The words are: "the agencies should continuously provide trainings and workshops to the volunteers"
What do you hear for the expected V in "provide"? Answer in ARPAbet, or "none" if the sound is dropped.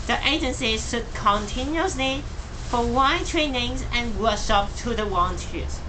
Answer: W